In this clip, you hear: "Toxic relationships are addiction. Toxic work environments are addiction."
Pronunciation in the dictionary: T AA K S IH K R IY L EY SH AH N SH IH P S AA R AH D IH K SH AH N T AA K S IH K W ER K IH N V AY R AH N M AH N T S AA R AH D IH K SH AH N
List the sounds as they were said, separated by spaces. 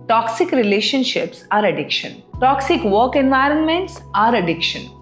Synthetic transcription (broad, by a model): T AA K S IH K R IY L EY SH AH N SH IH P S AA R AH D IH K SH AH N T AA K S IH K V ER K IH N V AY R AH N M AH N T S AA R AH D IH K SH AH N